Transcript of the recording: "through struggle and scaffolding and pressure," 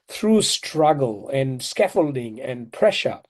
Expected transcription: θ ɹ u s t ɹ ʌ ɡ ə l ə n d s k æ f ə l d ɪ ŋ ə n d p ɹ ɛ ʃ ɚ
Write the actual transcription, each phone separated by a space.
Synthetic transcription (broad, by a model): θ ɹ u s t ɹ ʌ ɡ ə l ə n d s k æ f ə l d ɪ ŋ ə n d p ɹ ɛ ʃ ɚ